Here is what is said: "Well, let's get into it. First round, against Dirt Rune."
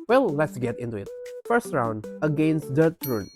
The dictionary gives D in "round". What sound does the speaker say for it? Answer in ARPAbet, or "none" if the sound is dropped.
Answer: D